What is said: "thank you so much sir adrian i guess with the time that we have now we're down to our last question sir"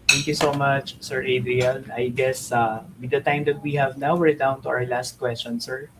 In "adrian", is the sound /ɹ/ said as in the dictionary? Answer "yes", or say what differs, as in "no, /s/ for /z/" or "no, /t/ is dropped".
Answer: yes